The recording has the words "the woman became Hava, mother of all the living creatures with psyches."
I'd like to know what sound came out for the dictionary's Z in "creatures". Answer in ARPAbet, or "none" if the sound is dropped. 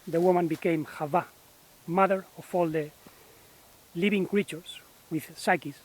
S